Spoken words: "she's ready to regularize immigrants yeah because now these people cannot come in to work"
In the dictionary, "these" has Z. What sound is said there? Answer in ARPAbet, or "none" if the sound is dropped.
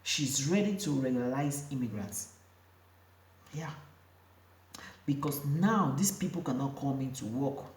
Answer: S